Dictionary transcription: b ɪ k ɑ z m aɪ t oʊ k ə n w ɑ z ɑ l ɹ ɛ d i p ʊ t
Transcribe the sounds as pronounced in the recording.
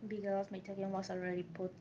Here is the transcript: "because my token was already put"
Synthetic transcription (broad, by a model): b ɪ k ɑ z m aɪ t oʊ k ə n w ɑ s ɑ l ɹ ɛ d i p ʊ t